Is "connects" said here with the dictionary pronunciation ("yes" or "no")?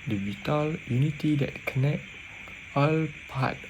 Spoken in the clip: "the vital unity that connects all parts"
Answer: no